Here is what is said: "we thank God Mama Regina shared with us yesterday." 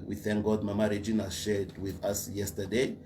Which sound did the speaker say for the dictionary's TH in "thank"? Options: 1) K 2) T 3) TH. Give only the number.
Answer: 3